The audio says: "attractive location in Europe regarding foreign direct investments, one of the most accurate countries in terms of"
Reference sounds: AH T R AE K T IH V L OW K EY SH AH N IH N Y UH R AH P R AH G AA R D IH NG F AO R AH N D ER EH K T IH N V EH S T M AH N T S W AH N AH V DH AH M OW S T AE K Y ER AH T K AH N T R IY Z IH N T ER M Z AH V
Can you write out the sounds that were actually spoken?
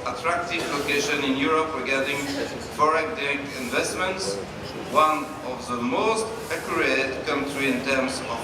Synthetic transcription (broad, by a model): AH T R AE K T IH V L OW K EY SH AH N IH N Y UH R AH P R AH G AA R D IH NG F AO R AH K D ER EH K IH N V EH S T M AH N T S W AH N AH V DH AH M OW S T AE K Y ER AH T K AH N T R IY IH N T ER M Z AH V